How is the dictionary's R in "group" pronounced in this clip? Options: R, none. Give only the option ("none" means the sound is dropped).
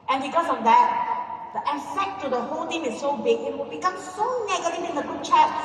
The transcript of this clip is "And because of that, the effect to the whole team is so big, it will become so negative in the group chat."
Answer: none